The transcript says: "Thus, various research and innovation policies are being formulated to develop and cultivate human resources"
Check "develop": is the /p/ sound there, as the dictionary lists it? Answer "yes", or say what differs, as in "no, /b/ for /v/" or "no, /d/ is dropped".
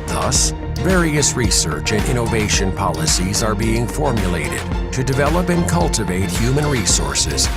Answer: yes